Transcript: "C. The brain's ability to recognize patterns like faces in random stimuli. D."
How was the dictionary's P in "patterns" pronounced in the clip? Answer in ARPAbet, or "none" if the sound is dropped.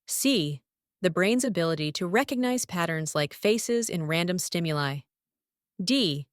P